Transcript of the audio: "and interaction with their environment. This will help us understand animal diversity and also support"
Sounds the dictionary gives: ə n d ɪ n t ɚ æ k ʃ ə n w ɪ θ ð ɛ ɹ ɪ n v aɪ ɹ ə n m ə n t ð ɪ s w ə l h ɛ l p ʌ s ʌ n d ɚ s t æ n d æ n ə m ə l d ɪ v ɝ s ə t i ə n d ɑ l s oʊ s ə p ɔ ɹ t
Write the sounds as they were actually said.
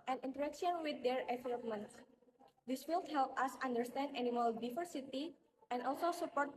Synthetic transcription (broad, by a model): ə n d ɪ n t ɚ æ k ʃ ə n w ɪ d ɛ ɹ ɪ v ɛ l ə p m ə n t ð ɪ s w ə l h ɛ l p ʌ s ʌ n d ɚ s t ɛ n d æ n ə m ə l d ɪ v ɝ s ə t i ə n d ɑ l s oʊ s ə p ɔ ɹ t